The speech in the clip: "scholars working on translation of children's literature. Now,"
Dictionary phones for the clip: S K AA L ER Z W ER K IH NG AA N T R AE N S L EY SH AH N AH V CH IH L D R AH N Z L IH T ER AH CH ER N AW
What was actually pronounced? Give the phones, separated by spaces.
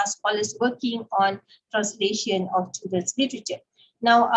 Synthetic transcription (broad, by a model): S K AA L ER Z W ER K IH NG AA N T R AE N S L EY SH AH N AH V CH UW D AH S L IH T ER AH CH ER N AW